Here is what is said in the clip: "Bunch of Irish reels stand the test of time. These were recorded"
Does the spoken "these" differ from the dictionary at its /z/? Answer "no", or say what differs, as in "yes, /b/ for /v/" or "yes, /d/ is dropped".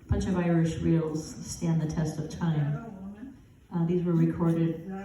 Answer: no